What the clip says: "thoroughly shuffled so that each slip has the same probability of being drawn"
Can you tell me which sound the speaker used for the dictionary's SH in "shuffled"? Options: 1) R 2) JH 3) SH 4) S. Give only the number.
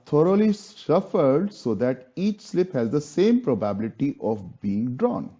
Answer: 4